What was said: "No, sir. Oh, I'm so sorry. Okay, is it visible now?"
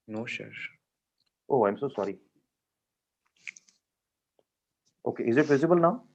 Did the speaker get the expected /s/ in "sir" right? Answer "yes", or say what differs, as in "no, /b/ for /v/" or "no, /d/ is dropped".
no, /ʃ/ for /s/